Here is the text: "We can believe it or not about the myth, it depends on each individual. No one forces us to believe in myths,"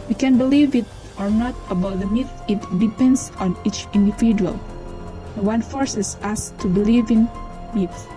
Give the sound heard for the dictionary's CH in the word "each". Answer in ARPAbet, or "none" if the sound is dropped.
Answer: CH